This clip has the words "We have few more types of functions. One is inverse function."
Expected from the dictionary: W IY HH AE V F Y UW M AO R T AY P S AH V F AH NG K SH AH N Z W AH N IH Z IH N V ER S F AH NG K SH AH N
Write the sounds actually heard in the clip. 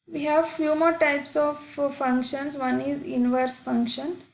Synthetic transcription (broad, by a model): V IY HH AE V F Y UW M AO R T AY P S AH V F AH NG K SH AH N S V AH N IH Z IH N V ER S F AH NG K SH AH N